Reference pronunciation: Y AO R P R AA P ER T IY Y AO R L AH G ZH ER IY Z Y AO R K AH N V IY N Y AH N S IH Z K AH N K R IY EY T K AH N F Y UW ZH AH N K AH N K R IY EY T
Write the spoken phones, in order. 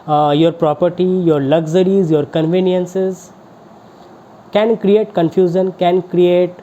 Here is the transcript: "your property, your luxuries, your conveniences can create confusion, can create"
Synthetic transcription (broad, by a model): Y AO R P R AA P ER T IY Y AO R L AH G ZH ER IY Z Y AO R K AH N V IY N Y AH N S IH Z K AH N K R IY EY T K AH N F Y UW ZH AH N K AH N K R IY EY T